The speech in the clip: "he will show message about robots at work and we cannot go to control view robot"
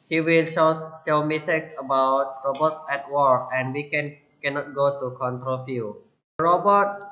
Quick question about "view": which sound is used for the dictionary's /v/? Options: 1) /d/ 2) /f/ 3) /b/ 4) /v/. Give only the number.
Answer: 2